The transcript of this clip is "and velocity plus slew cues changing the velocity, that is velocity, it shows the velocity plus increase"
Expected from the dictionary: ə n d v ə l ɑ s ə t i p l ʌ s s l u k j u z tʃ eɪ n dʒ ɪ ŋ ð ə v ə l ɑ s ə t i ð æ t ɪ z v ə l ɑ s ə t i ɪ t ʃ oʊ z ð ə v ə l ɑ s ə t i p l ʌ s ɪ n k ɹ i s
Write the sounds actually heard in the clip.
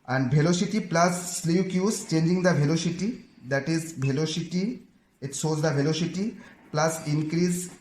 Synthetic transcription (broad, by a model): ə n d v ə l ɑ s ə t i p l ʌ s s l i k j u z tʃ eɪ n dʒ ɪ ŋ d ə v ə l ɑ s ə t i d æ t ɪ z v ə l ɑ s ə t i ɪ t s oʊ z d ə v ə l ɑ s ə t i p l ʌ s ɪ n k ɹ i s